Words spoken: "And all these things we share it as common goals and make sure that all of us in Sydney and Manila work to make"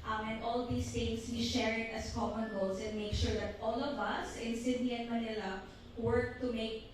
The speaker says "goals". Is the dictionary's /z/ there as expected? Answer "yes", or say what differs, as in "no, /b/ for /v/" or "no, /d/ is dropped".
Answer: no, /s/ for /z/